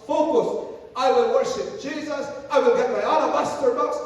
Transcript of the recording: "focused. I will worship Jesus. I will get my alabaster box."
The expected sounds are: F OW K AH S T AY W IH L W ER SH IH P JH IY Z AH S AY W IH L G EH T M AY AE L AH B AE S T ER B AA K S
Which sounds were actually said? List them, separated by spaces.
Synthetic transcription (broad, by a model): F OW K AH S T AY W IH L W ER SH IH P JH IY Z AH S AY W IH L G EH T M AY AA N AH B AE S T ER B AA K S